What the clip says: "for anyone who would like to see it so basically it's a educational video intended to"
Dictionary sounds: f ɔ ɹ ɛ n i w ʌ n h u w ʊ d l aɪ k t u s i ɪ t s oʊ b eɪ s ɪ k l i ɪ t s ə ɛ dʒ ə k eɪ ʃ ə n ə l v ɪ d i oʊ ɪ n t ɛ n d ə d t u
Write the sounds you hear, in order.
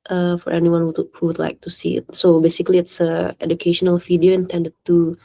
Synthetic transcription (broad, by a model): f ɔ ɹ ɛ n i w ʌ n h u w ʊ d l aɪ k t u s i ɪ t s oʊ b eɪ s ɪ k l i ɪ t s ə ɛ dʒ ə k eɪ ʃ ə n ə l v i d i oʊ ɪ n t ɛ n d ə d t u